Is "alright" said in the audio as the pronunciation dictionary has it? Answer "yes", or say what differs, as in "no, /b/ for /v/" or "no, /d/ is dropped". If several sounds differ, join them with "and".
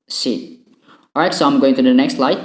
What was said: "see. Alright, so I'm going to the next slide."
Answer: no, /l/ is dropped